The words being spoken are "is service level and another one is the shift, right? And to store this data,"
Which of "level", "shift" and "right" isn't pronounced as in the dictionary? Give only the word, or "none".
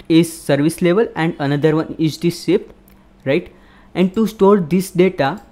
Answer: shift